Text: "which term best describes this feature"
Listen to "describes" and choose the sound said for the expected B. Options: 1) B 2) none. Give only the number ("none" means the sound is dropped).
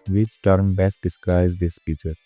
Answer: 2